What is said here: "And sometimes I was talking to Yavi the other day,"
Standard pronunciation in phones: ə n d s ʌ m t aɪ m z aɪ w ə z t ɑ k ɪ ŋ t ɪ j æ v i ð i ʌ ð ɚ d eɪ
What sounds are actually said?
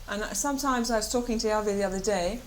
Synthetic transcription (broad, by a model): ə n s ʌ m t aɪ m z aɪ w ə z t ɑ k ɪ ŋ t ɪ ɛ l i ð i ʌ ð ɚ d eɪ